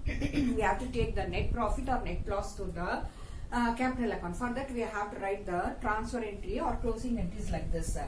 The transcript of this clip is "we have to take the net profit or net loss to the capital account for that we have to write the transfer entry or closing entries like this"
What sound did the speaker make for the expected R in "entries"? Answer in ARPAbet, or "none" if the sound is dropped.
none